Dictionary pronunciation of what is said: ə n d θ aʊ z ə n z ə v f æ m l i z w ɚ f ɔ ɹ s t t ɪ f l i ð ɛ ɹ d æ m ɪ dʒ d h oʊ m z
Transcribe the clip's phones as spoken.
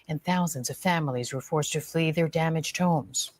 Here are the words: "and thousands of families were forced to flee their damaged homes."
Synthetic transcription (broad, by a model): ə n θ aʊ z ə n z ə v f æ m l i z w ɚ f ɔ ɹ s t t ɪ f l i ð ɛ ɹ d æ m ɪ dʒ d h oʊ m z